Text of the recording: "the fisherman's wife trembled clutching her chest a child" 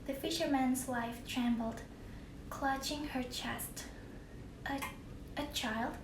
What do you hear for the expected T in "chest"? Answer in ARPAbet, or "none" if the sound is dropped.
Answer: T